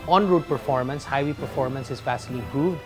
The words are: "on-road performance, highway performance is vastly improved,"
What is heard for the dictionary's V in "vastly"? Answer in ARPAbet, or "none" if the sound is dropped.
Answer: F